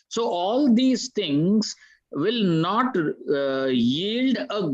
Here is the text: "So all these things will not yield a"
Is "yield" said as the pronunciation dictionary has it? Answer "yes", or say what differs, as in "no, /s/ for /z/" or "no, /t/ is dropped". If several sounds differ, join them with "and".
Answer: yes